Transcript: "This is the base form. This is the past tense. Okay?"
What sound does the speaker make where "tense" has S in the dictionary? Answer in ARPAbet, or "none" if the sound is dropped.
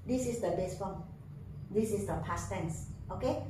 S